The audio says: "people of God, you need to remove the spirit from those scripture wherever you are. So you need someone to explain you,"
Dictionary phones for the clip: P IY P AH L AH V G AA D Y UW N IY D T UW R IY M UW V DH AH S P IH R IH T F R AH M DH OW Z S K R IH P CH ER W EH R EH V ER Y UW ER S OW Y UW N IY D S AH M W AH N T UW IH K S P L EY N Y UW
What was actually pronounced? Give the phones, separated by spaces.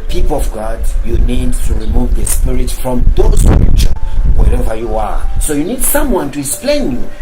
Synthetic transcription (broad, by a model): P IY P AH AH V G AA D Y UW N IY D T UW R IY M UW V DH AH S P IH R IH T F R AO M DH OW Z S R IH CH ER W EH R EH V ER Y UW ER S OW Y UW N IY D S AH M W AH N T UW IH K S P L EY N Y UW